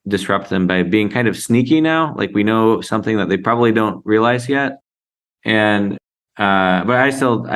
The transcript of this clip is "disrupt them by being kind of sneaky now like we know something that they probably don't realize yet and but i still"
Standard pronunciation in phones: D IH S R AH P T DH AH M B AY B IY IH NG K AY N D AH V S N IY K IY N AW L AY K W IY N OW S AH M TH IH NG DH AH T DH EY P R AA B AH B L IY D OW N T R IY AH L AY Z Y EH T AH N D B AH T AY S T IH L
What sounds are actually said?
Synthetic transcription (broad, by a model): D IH S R AH P T DH AH M B AY B IY IH NG K AY N D AH V S N IY K IY N AW L AY K W IY N OW S AH M TH IH NG DH AH T DH EY P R AA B AH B L IY D OW N T R IY AH L AY Z Y EH T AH N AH B AH T AY S T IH L